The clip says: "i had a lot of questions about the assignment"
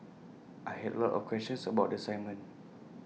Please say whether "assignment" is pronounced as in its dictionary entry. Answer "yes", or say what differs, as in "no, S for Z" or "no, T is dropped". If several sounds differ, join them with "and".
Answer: no, N is dropped and T is dropped